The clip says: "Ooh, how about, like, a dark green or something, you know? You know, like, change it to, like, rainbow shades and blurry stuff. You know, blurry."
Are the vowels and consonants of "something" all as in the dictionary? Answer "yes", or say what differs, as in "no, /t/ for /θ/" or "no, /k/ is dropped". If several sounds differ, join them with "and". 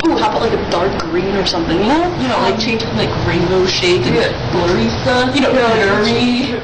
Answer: yes